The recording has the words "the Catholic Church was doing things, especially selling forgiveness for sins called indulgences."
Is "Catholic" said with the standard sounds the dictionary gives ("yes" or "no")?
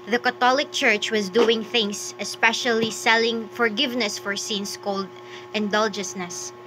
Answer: no